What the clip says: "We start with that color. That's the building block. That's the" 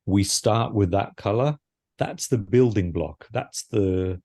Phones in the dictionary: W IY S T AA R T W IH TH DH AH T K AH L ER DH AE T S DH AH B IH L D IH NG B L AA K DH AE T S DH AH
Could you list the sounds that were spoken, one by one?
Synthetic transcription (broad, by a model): W IY S T AA R T W IH DH AH T K AH L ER DH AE T S DH AH B IH L D IH NG B L AA K DH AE T S DH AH